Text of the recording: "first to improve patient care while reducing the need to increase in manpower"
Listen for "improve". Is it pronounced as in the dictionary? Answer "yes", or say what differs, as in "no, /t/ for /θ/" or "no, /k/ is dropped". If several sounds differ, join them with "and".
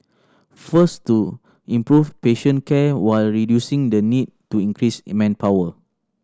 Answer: no, /f/ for /v/